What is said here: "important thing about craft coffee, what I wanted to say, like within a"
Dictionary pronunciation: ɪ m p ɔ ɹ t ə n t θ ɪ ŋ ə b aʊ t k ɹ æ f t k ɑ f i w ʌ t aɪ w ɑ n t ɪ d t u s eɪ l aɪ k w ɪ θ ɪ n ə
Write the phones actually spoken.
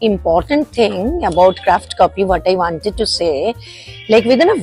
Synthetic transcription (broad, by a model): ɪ m p ɔ ɹ t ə n t t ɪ ŋ ə b aʊ t k ɹ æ f t k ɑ p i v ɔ t aɪ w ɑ n t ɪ d t u s eɪ l aɪ k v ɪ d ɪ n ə